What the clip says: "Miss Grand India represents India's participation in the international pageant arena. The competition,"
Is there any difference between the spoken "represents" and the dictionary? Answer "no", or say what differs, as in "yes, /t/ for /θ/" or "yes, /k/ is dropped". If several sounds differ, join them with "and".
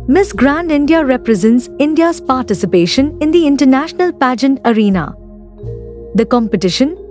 no